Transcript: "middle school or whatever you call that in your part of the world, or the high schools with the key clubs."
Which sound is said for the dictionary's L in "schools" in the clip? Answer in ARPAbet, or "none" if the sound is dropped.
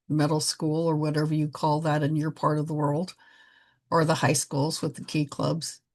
L